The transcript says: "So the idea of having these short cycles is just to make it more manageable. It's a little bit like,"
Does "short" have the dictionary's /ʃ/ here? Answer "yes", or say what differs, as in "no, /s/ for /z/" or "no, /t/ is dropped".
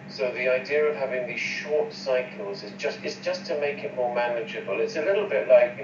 yes